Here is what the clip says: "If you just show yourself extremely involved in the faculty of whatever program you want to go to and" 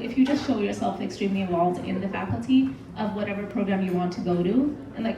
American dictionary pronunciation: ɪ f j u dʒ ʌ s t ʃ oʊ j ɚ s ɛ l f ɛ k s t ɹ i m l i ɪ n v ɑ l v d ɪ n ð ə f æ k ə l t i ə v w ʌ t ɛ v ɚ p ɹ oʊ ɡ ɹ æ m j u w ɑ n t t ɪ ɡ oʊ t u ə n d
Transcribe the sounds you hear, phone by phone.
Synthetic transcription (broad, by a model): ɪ f j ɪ dʒ ʌ s t ʃ oʊ j ɚ s ɛ l f ɛ k s t ɹ i m l i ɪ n v ɑ l v d ɪ n ð ə f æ k l t i ə v w ʌ t ɛ v ɚ p ɹ oʊ ɡ ɹ æ m j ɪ w ɑ n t t ɪ ɡ oʊ t u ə n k